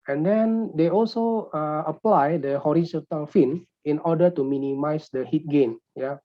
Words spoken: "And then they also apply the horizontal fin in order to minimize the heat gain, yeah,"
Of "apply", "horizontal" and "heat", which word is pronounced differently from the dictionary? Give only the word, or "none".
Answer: horizontal